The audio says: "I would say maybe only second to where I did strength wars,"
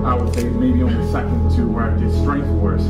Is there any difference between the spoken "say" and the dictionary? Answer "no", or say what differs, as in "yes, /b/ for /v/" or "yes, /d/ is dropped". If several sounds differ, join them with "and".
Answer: yes, /θ/ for /s/